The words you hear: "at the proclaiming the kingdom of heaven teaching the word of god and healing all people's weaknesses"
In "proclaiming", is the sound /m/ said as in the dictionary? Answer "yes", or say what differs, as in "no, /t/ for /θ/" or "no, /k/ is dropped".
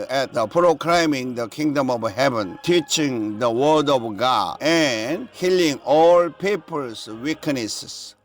yes